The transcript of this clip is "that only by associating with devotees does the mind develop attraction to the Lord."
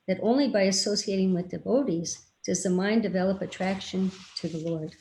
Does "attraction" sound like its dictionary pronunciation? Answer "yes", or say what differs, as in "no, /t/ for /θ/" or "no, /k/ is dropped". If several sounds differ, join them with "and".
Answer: yes